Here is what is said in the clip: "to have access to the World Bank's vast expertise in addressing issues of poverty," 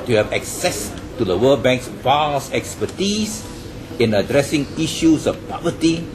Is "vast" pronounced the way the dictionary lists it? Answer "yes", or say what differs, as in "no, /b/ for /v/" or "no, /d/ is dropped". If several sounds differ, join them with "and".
no, /t/ is dropped